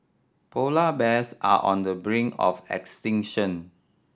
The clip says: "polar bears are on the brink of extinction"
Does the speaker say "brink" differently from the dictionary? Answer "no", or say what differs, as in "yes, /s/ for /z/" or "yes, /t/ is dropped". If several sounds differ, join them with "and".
yes, /k/ is dropped